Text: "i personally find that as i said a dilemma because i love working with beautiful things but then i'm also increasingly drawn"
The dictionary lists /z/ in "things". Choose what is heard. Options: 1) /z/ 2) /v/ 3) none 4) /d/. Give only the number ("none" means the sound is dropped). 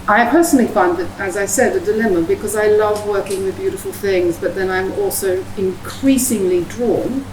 1